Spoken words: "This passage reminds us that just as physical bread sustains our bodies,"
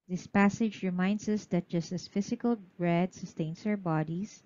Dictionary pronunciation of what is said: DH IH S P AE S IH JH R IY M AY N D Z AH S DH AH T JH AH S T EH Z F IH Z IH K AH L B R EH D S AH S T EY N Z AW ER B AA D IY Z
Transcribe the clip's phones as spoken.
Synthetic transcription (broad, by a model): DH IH S P AE S IH JH R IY M AY N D S AH S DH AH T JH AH S T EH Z F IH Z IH K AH L B R EH D S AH S T EY N S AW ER B AA D IY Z